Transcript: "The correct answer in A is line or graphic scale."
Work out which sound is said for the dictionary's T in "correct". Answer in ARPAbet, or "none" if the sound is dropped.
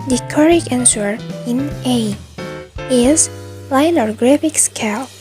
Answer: none